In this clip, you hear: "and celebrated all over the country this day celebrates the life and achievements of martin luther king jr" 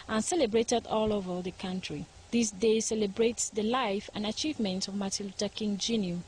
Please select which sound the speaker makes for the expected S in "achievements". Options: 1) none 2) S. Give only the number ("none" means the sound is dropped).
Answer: 1